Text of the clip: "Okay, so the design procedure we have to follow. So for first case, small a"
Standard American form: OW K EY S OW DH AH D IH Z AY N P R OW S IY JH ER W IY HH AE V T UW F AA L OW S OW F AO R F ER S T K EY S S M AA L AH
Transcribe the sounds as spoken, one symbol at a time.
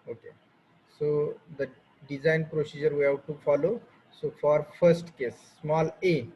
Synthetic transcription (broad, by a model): OW K EY S OW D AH D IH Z AY N P R OW S IY JH ER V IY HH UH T T UW F AA L OW S OW F AO R F ER S T K EY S S M AA L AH